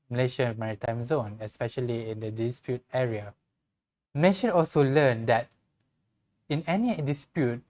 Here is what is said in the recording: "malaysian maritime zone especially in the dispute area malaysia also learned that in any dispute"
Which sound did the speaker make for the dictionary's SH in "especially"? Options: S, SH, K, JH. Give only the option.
SH